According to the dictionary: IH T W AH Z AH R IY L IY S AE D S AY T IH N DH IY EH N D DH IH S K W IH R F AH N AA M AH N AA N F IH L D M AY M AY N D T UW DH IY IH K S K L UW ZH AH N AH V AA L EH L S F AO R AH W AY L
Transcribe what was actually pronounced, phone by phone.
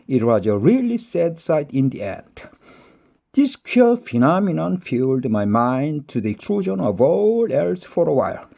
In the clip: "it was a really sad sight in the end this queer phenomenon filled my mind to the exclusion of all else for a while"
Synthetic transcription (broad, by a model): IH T W AH Z AH R IY L IY S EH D S AY T IH N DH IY EH N D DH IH S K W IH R F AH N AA M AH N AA N F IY L D M AY M AY N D T UW DH IY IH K S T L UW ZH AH N AH V AA L EH L S F AO R AH W AY L